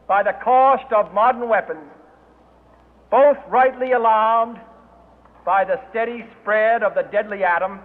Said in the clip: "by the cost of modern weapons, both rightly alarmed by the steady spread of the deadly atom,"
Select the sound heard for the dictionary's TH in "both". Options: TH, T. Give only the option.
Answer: TH